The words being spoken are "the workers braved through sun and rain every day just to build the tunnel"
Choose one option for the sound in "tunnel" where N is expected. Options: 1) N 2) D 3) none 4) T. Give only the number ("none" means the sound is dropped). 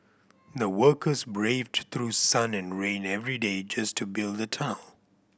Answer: 3